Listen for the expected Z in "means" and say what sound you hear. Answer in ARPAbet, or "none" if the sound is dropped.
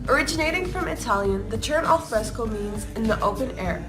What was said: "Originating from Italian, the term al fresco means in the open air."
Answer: Z